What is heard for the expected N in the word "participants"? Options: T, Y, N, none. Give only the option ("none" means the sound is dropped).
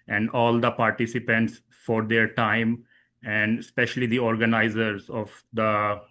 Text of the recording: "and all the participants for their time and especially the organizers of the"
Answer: N